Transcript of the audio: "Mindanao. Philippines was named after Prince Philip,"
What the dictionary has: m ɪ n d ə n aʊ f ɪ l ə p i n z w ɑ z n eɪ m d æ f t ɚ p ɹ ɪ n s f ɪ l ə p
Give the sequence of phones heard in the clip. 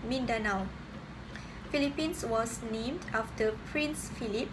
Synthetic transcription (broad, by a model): m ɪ n d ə n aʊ f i l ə p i n s w ɑ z n eɪ m d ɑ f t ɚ p ɹ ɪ n s f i l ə p